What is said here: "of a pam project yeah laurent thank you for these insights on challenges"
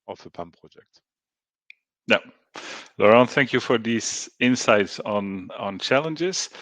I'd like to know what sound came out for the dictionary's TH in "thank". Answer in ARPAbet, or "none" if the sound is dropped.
TH